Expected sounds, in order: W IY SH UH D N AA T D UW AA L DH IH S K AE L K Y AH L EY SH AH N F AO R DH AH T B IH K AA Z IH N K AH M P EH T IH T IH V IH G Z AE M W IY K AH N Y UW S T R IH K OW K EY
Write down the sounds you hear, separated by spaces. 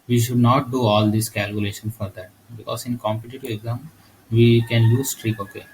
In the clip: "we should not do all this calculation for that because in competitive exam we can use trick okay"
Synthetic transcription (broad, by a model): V IY SH UH D N AA T D UW AA L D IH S K AE L K Y AH L EY SH AH N F AO R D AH T B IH K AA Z IH N K AH M P EH T IH T IH V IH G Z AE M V IY K AH N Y UW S T R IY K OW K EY